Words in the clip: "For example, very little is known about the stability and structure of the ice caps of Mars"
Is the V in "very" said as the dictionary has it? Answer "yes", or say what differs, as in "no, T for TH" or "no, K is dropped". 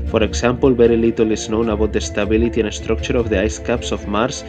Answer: no, B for V